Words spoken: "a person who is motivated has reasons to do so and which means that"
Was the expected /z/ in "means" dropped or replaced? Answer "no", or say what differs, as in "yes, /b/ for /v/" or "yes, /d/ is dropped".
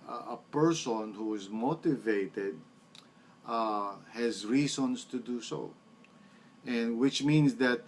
yes, /s/ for /z/